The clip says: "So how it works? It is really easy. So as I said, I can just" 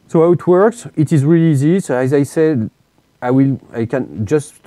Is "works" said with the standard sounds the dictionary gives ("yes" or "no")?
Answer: yes